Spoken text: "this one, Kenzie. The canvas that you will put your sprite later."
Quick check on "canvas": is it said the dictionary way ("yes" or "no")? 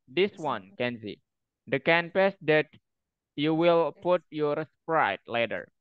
no